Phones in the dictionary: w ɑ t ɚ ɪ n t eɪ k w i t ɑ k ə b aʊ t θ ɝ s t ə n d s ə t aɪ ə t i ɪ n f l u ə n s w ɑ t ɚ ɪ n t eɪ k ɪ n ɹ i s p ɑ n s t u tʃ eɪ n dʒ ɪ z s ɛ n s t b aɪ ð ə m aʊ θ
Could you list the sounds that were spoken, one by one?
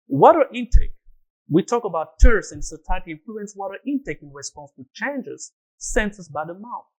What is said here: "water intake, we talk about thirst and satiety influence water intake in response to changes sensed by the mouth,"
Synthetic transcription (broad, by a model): w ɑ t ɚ ɪ n t eɪ k w i t ɑ k ə b aʊ t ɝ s ə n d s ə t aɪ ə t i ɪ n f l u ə n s w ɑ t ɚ ɪ n t eɪ k ɪ n ɹ i s p ɑ n s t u tʃ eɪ n dʒ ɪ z s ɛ n s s b aɪ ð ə m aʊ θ